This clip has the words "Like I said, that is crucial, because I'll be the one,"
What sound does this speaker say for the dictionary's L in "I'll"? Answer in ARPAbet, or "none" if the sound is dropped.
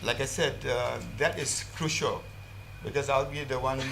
L